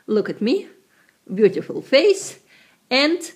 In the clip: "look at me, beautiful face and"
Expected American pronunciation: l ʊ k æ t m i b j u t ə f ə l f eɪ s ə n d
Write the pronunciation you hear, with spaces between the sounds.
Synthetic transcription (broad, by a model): l ʊ k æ t m i b j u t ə f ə l f eɪ s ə n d